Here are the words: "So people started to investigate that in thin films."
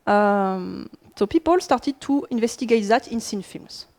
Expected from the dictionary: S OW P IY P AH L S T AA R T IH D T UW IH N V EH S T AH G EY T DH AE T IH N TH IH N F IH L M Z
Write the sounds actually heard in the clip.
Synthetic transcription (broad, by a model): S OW P IY P AH L S T AA R T IH D T UW IH N V EH S T AH G EY T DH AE T IH N S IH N F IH L M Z